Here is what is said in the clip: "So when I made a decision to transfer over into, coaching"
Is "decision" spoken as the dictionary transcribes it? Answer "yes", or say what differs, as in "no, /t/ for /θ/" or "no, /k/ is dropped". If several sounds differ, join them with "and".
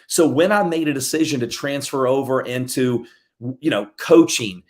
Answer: yes